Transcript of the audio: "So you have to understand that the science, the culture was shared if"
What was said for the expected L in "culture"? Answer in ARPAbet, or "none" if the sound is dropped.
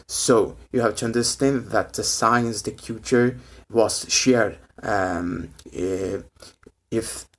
none